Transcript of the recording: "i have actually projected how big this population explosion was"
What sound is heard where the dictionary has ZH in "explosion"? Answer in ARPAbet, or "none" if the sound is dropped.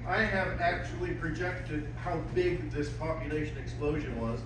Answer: ZH